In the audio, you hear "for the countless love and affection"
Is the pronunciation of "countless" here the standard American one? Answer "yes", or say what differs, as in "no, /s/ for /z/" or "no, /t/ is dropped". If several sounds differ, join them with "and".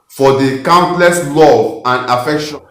yes